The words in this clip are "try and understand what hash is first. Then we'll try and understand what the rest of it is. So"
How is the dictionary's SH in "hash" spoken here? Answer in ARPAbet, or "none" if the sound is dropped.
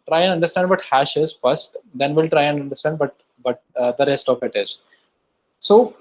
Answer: SH